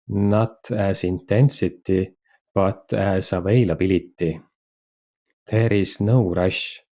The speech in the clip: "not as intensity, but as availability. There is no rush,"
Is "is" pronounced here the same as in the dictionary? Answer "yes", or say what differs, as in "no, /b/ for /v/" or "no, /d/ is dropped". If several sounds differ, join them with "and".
no, /s/ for /z/